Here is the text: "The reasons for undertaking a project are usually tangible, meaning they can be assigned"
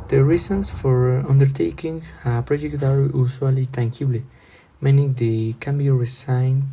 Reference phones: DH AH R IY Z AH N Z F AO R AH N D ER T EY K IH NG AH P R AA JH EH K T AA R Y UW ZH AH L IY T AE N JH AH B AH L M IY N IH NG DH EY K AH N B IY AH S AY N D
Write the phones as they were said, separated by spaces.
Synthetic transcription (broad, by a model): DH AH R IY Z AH N S F AO R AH N D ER T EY K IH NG AH P R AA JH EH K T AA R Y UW S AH L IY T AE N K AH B L M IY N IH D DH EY K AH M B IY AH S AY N